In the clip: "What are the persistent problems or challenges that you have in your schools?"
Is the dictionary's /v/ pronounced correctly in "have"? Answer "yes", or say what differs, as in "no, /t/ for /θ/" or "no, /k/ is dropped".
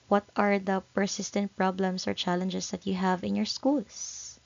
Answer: yes